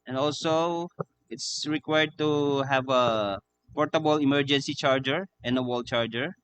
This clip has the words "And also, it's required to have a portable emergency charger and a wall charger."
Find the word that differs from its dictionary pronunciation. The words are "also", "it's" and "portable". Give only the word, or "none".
none